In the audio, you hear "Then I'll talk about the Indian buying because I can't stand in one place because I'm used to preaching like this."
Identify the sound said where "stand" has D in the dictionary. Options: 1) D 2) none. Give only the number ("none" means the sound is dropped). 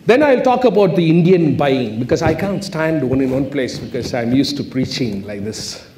1